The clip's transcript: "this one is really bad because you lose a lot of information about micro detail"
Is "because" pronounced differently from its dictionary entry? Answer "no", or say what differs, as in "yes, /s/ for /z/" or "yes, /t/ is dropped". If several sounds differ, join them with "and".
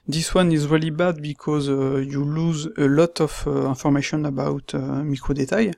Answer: no